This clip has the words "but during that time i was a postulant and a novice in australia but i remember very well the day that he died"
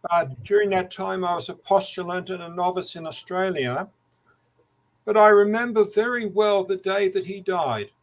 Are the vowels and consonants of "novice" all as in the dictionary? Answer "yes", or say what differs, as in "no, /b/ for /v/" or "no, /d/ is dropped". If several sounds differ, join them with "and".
yes